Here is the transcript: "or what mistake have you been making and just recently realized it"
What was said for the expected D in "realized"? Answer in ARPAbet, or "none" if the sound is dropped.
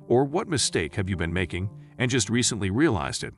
D